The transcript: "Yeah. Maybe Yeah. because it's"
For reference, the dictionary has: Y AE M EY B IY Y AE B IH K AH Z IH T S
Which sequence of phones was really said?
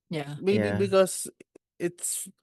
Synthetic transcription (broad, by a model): Y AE M EY IY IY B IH K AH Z IH T S